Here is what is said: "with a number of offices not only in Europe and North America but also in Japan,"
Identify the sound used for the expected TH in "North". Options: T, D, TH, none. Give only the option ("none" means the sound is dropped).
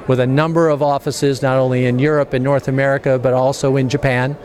TH